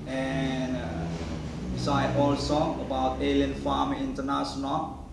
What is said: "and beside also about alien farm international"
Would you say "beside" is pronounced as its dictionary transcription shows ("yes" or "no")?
no